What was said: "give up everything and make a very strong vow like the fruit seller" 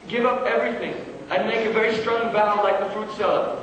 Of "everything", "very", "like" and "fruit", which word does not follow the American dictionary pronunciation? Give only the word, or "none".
none